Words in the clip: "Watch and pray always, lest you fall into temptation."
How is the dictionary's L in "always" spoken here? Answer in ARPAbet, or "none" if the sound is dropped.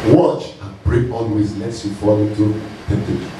N